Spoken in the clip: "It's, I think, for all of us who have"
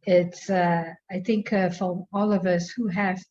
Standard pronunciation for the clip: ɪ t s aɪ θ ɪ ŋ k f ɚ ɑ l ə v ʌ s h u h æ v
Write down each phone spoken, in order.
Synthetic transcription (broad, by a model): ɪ t s aɪ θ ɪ ŋ k f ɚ ɑ l ə v ʌ s h u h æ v